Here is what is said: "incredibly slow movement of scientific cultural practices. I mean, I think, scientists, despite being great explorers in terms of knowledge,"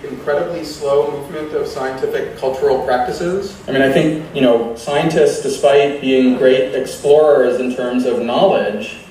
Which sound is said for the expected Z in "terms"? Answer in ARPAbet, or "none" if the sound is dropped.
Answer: Z